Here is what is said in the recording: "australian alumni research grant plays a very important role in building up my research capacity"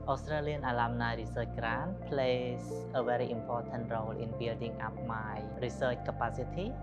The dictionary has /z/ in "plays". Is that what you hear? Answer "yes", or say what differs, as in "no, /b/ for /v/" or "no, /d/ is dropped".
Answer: no, /s/ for /z/